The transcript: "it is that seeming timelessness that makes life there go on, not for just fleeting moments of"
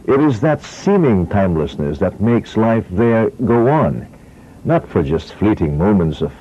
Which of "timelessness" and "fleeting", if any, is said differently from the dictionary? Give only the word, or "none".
none